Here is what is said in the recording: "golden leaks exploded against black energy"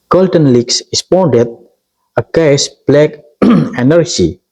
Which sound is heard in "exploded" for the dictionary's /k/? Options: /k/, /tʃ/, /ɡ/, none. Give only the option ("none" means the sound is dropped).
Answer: none